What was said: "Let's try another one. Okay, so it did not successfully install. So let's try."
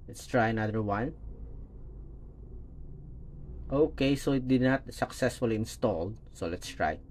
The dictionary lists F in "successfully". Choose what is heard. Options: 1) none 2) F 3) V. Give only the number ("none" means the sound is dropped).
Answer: 2